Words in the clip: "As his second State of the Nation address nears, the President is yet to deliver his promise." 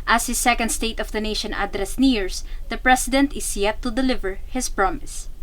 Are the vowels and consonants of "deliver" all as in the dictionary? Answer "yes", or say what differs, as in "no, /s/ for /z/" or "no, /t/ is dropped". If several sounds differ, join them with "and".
yes